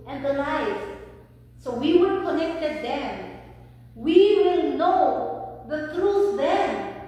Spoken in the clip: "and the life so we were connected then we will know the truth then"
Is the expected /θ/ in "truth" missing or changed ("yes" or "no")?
yes